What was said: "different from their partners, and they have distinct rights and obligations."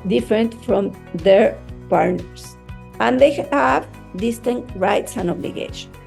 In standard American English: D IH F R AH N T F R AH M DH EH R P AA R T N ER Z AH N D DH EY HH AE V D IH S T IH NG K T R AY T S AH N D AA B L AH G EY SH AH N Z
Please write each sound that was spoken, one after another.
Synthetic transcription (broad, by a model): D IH F R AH N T F R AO M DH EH R P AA R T N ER S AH N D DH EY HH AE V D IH S T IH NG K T R AY T S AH N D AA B L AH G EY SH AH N